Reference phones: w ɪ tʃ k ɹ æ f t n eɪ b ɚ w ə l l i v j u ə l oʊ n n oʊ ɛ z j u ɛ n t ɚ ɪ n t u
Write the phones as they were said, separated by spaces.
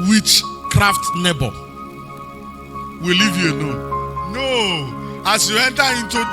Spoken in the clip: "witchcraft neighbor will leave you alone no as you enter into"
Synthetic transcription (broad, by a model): w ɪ tʃ k ɹ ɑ f t n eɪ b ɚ w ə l l i v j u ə n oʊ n n oʊ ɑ s j u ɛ n t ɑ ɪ n t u